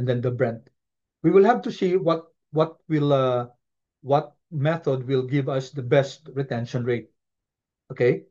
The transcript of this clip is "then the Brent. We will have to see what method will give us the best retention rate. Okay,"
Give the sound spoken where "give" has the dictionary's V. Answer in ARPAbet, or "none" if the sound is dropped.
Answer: V